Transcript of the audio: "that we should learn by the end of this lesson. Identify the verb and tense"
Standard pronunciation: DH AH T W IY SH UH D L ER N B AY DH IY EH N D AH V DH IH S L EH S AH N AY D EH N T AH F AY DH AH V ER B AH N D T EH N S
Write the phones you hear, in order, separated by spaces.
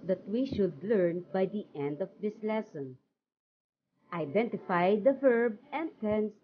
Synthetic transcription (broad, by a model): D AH T W IY SH UH D L ER N B AY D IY EH N D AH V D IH S L EH S AH N AY D EH N T AH F AY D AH V ER B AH N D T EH N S